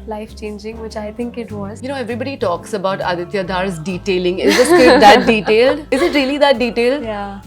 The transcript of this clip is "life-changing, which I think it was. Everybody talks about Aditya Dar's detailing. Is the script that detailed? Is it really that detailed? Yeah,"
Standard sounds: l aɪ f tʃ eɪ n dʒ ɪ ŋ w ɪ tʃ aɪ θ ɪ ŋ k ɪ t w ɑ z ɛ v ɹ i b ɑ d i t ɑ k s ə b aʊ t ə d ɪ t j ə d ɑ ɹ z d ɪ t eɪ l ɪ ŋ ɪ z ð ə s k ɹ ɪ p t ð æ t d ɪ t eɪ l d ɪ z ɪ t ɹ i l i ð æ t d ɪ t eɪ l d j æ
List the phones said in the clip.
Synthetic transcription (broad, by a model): l aɪ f tʃ eɪ n dʒ ɪ ŋ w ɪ tʃ aɪ t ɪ ŋ k ɪ t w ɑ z ɛ v ɹ i b ɑ d i t ɑ k s ə b aʊ t ə d ɪ t j ə d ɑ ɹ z d ɪ t eɪ l ɪ ŋ ɪ z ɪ t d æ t d ɪ t eɪ l d ɪ z ɪ t ɹ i l i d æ t d ɪ t eɪ l d j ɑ